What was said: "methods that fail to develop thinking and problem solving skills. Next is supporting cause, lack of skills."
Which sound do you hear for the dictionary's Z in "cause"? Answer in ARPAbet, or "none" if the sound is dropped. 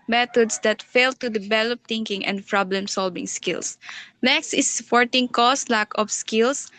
S